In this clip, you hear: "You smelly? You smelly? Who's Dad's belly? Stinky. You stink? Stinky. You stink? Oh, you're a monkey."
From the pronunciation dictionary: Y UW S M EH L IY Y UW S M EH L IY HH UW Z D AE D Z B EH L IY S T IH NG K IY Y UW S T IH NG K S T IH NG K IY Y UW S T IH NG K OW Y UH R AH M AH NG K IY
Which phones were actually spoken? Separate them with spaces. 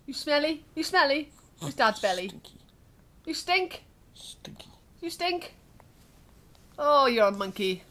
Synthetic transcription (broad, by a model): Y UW S M EH L IY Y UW S M EH L IY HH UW S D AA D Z B EH L IY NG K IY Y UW S T IH NG K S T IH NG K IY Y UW S T IH NG K OW Y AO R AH M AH NG K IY